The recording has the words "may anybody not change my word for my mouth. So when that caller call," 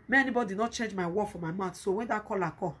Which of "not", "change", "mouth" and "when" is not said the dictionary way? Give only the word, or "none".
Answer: mouth